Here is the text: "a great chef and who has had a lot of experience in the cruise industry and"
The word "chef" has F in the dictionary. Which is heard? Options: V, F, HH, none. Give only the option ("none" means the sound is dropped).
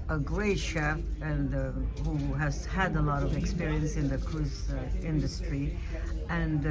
none